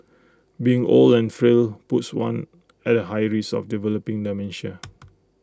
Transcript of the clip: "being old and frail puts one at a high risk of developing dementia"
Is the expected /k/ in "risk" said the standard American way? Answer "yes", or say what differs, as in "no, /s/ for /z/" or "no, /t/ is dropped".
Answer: no, /k/ is dropped